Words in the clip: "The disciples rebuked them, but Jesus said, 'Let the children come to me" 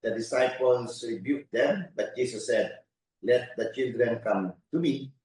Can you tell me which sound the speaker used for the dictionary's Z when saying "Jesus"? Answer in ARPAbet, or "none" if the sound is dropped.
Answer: S